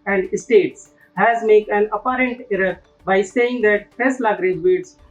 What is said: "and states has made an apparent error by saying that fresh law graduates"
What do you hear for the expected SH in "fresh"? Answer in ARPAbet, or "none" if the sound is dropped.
S